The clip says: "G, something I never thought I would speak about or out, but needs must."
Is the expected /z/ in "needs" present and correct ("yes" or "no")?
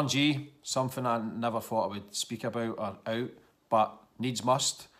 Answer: yes